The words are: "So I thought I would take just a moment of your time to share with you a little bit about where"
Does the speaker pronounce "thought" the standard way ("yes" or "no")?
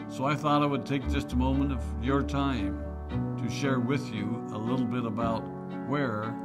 yes